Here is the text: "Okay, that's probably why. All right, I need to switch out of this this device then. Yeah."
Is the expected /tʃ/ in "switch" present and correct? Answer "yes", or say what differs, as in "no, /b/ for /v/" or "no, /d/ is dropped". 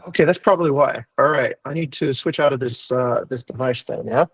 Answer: yes